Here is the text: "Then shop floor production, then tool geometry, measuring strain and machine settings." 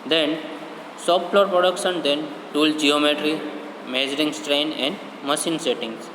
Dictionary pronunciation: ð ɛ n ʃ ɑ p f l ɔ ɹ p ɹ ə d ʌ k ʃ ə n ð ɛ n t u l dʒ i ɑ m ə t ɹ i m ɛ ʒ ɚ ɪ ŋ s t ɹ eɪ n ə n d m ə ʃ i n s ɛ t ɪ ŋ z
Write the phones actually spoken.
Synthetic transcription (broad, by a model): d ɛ n s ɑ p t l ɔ ɹ p ɹ ə d ʌ k ʃ ə n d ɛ n t u l dʒ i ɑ m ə t ɹ i m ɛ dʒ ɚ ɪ ŋ s t ɹ eɪ n ə n d m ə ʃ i n s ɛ t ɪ ŋ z